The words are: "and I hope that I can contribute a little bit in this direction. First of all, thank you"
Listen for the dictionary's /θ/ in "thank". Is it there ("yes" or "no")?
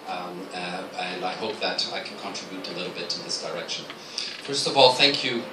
yes